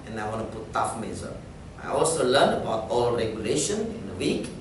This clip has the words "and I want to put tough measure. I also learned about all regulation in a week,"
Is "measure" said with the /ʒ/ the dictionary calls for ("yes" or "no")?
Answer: no